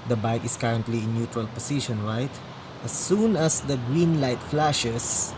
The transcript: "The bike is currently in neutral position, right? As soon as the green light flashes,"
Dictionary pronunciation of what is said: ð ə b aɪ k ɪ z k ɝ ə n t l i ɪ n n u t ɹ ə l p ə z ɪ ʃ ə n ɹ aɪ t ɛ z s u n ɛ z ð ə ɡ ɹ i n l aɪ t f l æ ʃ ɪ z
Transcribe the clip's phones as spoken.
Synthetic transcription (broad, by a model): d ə b aɪ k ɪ s k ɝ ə n t l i ɪ n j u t ɹ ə l p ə s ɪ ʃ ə n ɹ aɪ t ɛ s u n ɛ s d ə ɡ ɹ i n l aɪ t f l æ ʃ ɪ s